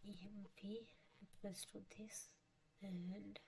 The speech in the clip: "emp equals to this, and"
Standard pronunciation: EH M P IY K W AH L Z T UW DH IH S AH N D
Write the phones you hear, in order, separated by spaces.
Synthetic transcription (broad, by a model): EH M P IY W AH Z T UW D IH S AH N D